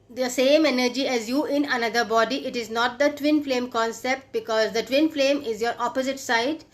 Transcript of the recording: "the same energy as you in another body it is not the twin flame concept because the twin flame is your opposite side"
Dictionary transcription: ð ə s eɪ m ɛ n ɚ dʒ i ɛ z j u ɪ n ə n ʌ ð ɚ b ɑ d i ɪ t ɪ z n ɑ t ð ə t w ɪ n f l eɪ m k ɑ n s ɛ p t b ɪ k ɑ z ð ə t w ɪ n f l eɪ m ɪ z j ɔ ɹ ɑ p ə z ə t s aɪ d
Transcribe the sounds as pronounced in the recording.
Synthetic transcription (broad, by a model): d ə s eɪ m ɛ n ɚ dʒ i ɛ z j u ɪ n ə n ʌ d ɚ b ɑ d i ɪ t ɪ z n ɑ t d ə t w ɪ n f l eɪ m k ɑ n s ɛ p t b ɪ k ɑ z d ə t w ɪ n f l eɪ m ɪ z j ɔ ɹ ɑ p ə z ə t s aɪ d